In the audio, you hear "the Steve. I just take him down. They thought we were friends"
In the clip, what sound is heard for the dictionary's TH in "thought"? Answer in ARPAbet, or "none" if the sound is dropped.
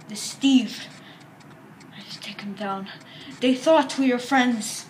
TH